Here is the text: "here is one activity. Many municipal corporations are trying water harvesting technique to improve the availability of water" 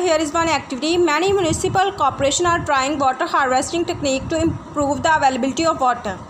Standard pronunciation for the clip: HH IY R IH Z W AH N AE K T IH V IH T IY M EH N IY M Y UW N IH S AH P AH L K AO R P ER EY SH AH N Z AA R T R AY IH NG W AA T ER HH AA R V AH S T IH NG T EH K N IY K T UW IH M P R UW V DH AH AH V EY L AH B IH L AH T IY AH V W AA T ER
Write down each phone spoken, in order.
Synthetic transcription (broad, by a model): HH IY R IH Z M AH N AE K T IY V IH T IY M EH N IY M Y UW N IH S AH P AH L K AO R P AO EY SH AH N AA R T R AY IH NG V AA T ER HH AA R V AH S T IH NG T EH K N IY K T UW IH M P R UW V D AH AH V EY L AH B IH L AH T IY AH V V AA T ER